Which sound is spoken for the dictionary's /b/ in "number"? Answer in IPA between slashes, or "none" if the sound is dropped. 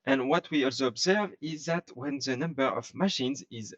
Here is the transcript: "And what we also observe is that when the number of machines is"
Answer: /b/